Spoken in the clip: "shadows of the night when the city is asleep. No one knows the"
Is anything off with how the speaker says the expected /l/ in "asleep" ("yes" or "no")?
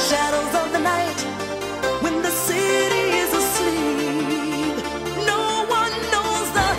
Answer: no